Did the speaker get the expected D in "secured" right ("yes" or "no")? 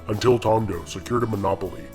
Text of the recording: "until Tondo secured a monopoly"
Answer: yes